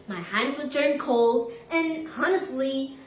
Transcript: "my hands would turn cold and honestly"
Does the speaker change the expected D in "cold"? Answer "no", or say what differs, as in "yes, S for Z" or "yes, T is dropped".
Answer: no